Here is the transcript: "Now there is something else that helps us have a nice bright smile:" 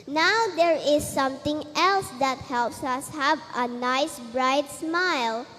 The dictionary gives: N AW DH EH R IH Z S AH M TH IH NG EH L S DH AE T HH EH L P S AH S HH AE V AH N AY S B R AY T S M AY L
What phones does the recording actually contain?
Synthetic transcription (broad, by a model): N AW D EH R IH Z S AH M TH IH NG EH L S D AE T HH EH L P S AH S HH AE V AH N AY S B R AY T S M AY L